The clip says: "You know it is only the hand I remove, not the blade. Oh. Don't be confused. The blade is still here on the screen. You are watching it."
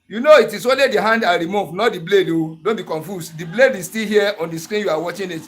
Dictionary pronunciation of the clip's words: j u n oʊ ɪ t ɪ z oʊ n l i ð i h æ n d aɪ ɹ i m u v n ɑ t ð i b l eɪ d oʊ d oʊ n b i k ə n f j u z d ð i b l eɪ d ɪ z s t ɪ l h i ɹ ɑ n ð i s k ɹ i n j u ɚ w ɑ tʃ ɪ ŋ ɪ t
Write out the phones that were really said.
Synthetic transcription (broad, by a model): j u n oʊ ɪ t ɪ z oʊ n l i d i h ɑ n d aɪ ɹ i m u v n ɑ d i b l eɪ d oʊ d oʊ n b i k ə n f j u s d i b l eɪ d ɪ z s t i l h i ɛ ɑ n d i s k ɹ i n j u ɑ w ɑ tʃ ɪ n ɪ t